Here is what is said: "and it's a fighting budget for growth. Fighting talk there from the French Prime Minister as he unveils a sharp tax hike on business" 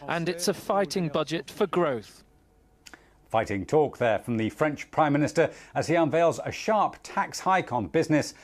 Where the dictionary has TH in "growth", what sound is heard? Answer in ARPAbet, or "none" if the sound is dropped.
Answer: TH